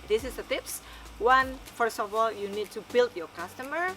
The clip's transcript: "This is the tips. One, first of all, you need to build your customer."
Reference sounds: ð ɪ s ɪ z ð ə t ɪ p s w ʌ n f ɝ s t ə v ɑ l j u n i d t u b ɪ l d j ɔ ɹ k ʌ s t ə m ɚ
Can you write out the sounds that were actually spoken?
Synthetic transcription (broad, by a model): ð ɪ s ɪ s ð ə t ɪ p s w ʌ n f ɝ s t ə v ɑ l j u n i d t u b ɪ l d j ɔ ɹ k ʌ s t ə m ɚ